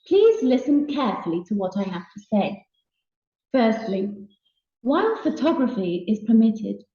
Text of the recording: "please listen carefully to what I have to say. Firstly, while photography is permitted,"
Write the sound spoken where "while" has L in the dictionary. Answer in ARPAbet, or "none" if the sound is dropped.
N